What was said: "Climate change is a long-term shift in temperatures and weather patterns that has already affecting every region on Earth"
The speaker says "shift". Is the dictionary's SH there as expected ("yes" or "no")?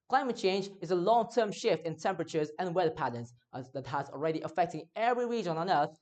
yes